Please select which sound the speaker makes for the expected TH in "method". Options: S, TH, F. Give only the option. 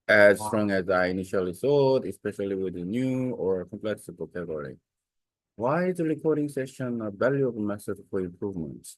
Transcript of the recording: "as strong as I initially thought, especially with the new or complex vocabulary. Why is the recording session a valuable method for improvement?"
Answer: S